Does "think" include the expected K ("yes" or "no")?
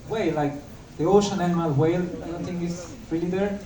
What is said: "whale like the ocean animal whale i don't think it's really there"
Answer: no